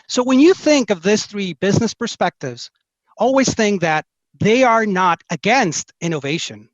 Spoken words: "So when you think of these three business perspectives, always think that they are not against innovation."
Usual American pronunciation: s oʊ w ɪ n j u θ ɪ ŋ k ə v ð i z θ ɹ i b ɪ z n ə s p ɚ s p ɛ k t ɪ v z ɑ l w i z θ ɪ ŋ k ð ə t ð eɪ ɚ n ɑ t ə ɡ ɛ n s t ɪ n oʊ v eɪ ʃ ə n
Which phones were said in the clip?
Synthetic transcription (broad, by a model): s oʊ w ɪ n j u θ ɪ ŋ k ə v ð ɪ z θ ɹ i b ɪ z n ə s p ɚ s p ɛ k t ɪ v z ɑ l w i z θ ɪ ŋ k ð ə t ð eɪ ɚ n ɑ t ə ɡ ɛ n s t ɪ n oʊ v eɪ ʃ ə n